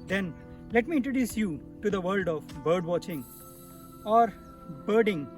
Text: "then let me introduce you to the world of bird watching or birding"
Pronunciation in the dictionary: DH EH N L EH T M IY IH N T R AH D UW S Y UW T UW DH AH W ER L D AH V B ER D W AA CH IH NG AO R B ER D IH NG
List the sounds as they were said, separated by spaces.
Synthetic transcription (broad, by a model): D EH N L EH T M IY IH N T R AH D UW S Y UW T UW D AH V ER L D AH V B ER D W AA CH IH NG AO R B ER D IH NG